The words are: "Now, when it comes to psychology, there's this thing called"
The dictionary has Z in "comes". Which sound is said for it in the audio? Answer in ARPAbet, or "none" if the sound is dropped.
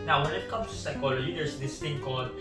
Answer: none